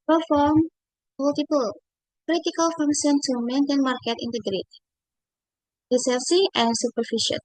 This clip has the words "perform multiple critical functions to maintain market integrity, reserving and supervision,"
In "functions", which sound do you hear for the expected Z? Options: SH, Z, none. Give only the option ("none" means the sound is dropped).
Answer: none